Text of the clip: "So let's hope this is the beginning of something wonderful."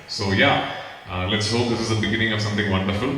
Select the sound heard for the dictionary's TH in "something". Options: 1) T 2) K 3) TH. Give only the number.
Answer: 1